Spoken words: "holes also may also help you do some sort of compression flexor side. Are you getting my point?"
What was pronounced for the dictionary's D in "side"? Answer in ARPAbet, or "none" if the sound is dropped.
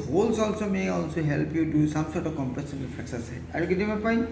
none